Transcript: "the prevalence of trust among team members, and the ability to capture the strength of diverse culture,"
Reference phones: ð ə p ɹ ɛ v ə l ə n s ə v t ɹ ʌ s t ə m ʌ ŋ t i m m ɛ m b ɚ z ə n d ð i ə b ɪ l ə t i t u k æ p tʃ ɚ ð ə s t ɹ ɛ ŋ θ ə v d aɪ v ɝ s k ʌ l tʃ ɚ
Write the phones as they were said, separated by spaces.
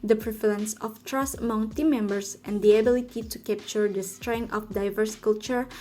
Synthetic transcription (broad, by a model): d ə p ɹ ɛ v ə l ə n s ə f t ɹ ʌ s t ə m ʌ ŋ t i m m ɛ m b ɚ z ə n d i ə b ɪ l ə t i t u k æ p tʃ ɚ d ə s t ɹ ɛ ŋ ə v d aɪ v ɝ s k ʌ l tʃ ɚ